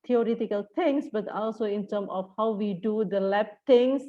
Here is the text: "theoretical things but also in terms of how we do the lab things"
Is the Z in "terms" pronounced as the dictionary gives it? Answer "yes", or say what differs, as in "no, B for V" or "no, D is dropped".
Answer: no, Z is dropped